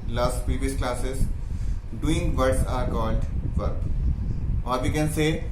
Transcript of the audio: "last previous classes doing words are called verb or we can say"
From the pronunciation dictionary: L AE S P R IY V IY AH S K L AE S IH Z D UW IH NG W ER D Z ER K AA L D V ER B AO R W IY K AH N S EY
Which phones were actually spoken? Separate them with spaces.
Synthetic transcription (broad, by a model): L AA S P R IY V IY AH S K L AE S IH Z D UW IH NG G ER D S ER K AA N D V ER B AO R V IY K AH N S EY